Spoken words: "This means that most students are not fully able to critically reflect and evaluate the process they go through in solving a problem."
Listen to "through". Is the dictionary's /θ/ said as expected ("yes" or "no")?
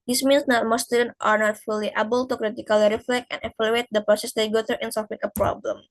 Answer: no